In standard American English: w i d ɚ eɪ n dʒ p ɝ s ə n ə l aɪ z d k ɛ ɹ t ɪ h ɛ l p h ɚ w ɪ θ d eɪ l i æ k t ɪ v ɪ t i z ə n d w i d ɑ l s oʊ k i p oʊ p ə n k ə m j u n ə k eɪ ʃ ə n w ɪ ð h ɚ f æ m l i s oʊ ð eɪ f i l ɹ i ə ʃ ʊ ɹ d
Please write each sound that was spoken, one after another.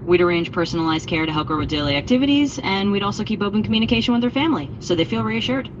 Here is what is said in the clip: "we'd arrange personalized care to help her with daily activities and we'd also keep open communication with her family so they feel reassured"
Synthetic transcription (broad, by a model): w i d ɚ eɪ n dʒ p ɝ s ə n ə l aɪ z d k ɛ ɹ t ɪ h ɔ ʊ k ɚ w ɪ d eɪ l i æ k t ɪ v ɪ t i z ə n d w i d ɑ l s oʊ k i p oʊ p ə n k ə m j u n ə k eɪ ʃ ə n w ɪ ð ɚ f æ m l i s oʊ ð eɪ f i l ɹ i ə ʃ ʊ ɹ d